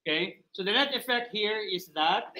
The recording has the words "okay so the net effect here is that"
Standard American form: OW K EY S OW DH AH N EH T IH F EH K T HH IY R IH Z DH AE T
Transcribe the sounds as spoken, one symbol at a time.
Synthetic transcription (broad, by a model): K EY S OW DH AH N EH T IH F EH K T HH IY R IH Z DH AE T